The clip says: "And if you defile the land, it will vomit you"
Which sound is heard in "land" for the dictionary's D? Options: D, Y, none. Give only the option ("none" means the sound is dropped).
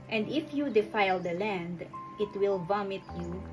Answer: D